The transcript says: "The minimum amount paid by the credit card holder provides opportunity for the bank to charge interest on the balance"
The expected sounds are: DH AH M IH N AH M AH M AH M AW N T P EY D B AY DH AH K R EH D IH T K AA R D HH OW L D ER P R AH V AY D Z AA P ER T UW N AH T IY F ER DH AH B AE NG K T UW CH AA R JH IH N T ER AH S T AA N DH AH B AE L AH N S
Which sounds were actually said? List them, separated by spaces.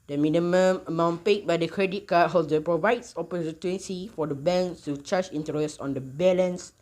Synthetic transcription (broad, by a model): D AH M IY N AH M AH M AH M AW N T P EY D B AY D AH K R EH D IH T K AA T HH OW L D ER P R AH V AY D S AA P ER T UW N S IY F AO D AH B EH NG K T UW CH AA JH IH N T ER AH S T AA N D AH B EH L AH N S